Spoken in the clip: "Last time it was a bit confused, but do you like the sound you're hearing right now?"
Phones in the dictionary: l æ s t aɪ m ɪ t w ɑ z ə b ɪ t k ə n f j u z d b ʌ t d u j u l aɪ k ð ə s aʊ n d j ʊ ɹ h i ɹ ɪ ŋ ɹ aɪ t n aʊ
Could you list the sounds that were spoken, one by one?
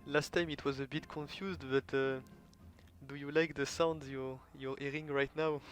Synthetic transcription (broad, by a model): l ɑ s t aɪ m ɪ t w ɑ z ə b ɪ t k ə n f j u z d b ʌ t d u j u l aɪ k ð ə s aʊ n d j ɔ ɹ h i ɹ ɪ ŋ ɹ aɪ t n aʊ